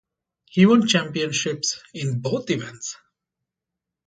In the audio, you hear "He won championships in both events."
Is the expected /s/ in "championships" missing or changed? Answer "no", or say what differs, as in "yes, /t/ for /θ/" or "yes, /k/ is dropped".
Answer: no